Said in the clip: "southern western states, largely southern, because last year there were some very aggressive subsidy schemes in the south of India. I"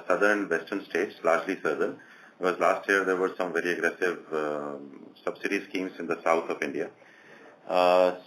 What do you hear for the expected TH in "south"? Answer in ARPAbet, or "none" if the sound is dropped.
T